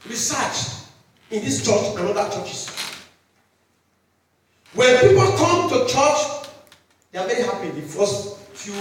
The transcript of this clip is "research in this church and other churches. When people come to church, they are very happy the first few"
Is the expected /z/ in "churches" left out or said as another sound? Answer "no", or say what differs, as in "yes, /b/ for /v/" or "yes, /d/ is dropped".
yes, /s/ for /z/